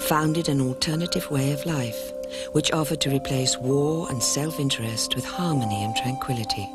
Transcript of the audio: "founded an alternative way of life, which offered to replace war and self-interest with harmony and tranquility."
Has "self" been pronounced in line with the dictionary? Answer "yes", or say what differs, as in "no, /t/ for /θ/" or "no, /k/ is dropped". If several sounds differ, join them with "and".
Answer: yes